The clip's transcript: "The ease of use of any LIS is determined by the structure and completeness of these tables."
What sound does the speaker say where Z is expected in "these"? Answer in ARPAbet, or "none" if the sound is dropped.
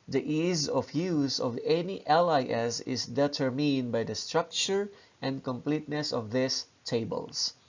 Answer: S